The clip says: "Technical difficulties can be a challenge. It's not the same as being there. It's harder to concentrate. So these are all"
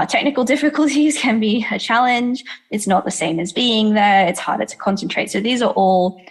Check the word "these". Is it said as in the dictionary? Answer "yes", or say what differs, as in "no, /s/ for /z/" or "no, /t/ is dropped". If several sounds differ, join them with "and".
yes